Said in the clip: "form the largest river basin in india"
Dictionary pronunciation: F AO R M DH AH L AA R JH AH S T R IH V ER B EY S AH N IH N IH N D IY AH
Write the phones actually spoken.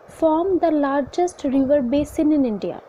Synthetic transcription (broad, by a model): F AO R M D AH L AA R JH AH S T R IH V ER B EY S AH N IH N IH N D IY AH